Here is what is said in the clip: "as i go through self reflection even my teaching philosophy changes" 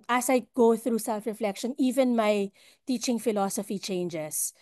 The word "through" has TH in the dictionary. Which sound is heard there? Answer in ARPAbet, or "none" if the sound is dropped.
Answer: TH